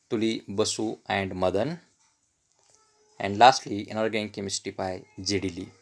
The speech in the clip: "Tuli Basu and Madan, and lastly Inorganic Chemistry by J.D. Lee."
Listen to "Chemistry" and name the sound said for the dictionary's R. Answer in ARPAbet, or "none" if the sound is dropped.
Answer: none